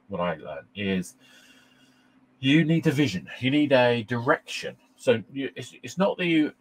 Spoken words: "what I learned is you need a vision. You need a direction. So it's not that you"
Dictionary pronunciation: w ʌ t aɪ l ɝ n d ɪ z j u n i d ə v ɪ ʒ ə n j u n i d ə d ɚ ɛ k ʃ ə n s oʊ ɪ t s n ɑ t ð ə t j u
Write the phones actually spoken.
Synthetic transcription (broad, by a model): w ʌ t aɪ l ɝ n ɪ z j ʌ n i d ə v ɪ ʒ ə n j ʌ n i d ə d ɚ ɛ k ʃ ə n s oʊ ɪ t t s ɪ t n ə t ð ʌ